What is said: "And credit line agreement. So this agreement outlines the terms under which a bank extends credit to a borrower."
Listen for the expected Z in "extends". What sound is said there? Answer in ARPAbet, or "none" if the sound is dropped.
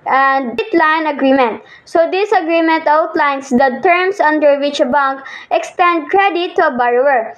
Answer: none